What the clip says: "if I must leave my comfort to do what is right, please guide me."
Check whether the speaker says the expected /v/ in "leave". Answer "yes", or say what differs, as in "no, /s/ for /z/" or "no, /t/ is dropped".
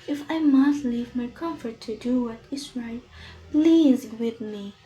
yes